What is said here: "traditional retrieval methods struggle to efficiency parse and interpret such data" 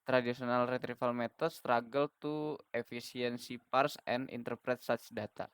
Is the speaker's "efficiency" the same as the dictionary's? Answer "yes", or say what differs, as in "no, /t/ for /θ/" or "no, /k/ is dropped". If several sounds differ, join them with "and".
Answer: no, /s/ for /ʃ/